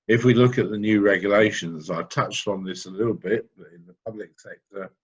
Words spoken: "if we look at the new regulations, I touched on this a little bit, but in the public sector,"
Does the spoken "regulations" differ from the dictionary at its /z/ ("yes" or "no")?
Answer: no